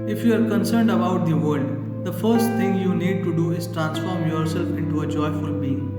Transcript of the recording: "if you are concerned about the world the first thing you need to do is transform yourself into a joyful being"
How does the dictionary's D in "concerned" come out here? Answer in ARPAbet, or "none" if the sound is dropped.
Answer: D